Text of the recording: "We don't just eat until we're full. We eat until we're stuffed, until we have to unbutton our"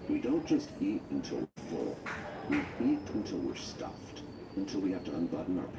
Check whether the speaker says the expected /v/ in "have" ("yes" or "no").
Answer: no